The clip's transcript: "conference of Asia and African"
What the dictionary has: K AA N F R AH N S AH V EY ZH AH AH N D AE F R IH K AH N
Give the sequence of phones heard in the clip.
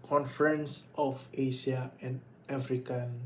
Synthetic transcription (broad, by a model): K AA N F R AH N S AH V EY SH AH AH N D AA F R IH K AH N